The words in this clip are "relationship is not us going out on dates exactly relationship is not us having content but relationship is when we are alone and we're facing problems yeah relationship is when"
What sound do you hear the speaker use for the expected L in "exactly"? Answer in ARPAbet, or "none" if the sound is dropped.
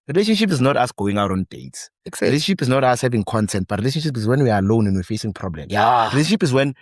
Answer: none